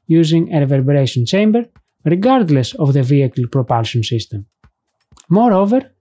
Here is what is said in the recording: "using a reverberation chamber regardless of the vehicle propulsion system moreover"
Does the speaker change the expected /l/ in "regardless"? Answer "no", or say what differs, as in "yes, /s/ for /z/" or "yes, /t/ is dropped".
no